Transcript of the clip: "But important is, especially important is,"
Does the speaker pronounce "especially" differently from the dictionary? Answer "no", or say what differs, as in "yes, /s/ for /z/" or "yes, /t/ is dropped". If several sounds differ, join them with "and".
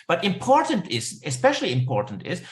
no